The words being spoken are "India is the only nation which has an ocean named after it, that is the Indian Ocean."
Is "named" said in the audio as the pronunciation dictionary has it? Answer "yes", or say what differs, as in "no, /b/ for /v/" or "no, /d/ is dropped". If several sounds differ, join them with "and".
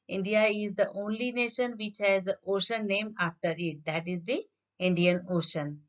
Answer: no, /d/ is dropped